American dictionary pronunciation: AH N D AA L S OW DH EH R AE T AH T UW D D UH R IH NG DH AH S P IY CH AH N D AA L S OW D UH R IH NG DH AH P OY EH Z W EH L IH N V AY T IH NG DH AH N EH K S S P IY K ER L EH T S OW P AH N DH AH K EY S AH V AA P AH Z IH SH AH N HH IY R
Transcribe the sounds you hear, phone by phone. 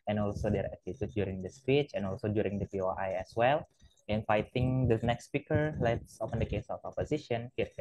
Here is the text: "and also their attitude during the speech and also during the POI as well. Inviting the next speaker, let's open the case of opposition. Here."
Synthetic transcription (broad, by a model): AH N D AA L S OW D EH R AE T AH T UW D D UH R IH NG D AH S P IY CH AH N AA L S OW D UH R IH NG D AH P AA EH S W EH L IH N F AY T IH NG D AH N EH K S S P IY K ER L EH T S OW P AH N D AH K EY S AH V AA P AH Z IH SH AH N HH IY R